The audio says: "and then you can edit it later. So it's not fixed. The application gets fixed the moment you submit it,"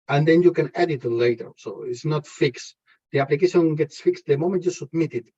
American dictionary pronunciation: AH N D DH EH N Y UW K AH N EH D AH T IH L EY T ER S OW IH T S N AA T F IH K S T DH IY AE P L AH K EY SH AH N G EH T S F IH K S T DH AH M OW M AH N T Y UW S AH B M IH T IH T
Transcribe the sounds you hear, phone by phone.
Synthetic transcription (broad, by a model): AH N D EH N Y UW K AH N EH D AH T L EY T ER S OW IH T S N AA T F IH K S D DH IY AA P L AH K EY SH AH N G EH T S F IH K S T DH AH M OW M AH N T Y UW S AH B M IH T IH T